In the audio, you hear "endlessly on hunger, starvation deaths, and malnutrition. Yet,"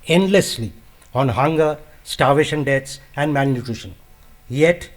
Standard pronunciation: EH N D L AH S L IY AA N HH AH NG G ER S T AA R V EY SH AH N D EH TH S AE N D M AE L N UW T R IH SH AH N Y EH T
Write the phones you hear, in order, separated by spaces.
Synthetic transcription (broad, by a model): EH N D L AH S L IY AA N HH AH NG G ER S T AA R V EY SH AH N D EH T S AE N D M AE N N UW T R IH SH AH N Y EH T